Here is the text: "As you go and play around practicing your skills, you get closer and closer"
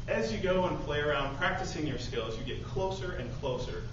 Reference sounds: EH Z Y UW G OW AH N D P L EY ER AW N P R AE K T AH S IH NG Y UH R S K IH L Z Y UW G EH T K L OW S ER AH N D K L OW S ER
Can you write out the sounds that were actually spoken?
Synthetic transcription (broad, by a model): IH Z Y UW G OW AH N P L EY ER AW N P R AE K T AH S IH NG Y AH R S K IH L Z Y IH G EH T K L OW S ER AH N K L OW S ER